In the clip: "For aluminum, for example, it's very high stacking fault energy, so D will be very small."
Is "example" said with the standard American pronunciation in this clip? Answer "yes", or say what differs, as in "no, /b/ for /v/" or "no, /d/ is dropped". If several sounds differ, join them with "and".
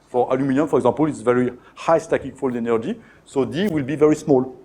no, /m/ is dropped